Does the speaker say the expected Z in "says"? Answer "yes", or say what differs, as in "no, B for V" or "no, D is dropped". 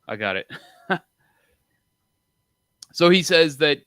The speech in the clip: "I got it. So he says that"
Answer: yes